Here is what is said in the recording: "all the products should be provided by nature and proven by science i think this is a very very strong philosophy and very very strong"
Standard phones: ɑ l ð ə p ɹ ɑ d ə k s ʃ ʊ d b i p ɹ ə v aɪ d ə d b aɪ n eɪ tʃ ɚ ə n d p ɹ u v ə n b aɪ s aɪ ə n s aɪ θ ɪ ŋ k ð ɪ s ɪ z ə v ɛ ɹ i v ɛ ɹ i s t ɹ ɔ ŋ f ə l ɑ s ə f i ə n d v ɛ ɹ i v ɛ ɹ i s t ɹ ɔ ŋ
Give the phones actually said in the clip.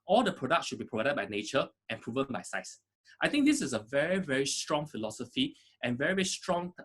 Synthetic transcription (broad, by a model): ɑ l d ə p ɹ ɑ d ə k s ʃ ʊ d b i p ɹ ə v aɪ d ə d b aɪ n eɪ tʃ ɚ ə n p ɹ u v ə n b aɪ s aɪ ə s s aɪ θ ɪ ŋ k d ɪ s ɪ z ə v ɛ ɹ i v ɛ ɹ i s t ɹ ɔ ŋ f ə l ɑ s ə f i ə n v ɛ ɹ i v ɛ ɹ i s t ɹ ɔ ŋ